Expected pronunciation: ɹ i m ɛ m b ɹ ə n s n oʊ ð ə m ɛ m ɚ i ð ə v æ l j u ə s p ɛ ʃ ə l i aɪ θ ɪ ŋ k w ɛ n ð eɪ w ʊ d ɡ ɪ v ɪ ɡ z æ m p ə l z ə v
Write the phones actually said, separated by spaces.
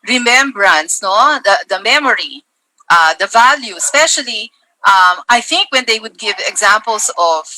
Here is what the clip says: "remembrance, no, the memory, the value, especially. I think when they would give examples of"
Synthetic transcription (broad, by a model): ɹ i m ɛ m b ɹ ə n s n oʊ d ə m ɛ m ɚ i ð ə v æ l j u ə s p ɛ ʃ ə l i aɪ θ ɪ ŋ k w ɛ n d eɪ w ʊ d ɡ ɪ v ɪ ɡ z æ m p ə l s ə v